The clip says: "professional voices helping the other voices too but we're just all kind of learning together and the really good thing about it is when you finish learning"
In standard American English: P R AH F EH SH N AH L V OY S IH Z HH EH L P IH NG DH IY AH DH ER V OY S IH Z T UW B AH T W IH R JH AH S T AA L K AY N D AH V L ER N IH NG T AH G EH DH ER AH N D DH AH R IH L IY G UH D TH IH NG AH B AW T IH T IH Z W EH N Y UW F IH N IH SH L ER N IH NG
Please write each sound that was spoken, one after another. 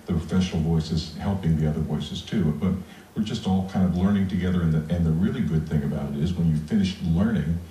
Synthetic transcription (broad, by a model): P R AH F EH SH N L V OY S IH Z HH EH L P IH NG DH IY AH DH ER V OY S IH Z T UW B AH T W IH R JH AH S T AA L K AY N D AH V L ER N IH NG T AH G EH DH ER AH N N DH AH R IH L IY G UH D TH IH NG AH B AW T IH T IH Z W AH N Y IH F IH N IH SH L ER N IH NG